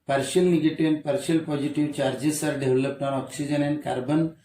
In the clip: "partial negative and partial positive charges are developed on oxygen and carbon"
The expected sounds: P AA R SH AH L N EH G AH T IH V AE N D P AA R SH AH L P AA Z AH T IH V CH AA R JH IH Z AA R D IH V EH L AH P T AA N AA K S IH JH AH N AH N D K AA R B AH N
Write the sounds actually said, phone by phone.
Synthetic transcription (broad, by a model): P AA R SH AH L N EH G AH T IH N P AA R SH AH L P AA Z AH T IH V CH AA R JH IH S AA R D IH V L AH P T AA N AA K S IH JH AH N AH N K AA R B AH N